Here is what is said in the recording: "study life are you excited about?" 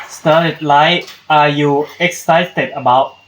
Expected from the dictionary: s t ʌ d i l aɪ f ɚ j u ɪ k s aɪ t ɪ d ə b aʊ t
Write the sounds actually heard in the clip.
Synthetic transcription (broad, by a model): s t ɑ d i l aɪ ɑ j u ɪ k s aɪ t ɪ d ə b aʊ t